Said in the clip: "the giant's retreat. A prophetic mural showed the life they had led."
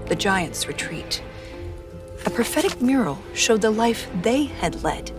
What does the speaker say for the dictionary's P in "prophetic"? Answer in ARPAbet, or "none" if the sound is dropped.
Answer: P